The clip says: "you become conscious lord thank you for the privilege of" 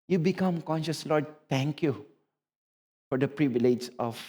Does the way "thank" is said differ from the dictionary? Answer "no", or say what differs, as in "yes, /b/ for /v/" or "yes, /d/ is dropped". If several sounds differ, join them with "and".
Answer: yes, /t/ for /θ/